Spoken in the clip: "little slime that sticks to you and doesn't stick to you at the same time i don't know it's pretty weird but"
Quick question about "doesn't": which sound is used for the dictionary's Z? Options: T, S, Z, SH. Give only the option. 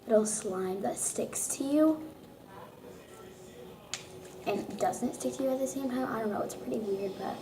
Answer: Z